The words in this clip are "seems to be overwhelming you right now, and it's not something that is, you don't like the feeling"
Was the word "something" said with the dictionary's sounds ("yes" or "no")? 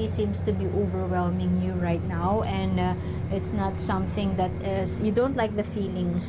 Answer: yes